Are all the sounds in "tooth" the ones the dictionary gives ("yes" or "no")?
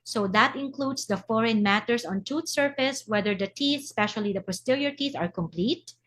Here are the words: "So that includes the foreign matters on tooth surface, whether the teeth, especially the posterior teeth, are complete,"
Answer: no